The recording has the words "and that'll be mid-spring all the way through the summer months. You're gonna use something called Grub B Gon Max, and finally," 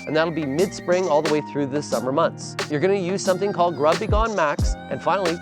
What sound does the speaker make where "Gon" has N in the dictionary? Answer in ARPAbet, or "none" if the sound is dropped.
N